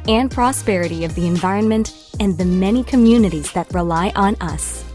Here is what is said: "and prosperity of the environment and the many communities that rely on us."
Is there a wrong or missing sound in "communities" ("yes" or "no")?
no